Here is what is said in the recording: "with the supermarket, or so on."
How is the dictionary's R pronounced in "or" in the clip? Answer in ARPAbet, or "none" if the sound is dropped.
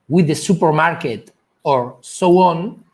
R